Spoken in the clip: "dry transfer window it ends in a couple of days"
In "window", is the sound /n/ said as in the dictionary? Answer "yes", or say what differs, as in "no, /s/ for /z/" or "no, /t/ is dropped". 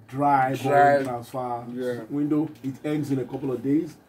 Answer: yes